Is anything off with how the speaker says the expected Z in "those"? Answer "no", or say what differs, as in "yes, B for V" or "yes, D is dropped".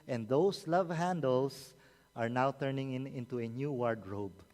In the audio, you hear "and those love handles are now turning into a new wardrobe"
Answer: yes, S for Z